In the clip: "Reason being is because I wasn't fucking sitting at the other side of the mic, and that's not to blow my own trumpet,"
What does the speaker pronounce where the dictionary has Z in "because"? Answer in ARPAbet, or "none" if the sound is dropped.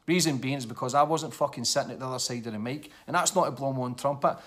Z